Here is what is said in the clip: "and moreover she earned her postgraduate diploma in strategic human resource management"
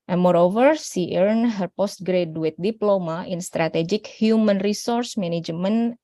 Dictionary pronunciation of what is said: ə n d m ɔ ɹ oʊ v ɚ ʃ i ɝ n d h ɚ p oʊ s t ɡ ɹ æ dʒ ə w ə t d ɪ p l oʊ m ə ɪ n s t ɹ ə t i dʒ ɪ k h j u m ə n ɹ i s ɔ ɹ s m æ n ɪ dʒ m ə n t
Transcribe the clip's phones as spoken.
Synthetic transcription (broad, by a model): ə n m ɔ ɹ oʊ v ɚ s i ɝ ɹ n h ɚ p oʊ s t ɡ ɹ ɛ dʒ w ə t d ɪ p l oʊ m ə ɪ n s t ɹ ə t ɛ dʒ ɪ k h j u m ə n ɹ i s ɔ ɹ s m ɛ n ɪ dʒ m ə n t